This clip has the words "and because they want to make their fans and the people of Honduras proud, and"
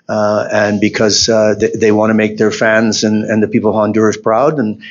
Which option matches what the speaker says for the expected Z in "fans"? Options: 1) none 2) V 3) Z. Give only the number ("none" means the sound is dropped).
3